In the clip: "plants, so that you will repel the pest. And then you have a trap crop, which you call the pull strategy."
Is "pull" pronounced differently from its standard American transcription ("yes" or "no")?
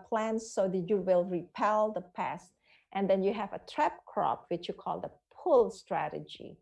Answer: no